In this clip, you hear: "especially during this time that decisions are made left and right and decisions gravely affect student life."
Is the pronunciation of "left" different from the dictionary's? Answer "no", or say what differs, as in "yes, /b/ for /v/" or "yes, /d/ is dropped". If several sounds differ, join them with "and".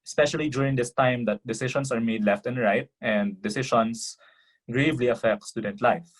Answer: no